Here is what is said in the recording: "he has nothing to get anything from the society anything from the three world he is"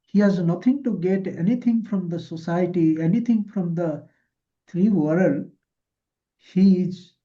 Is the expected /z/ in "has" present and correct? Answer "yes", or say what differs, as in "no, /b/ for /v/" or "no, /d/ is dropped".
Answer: yes